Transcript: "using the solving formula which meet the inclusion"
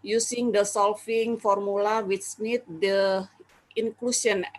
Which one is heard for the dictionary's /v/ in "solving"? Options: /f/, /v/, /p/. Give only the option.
/f/